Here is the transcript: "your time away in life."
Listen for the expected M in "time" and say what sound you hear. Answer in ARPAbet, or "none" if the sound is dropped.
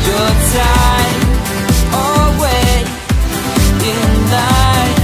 none